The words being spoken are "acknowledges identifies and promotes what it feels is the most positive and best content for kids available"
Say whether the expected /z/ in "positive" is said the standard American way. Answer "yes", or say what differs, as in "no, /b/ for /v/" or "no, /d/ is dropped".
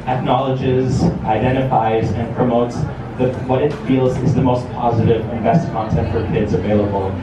yes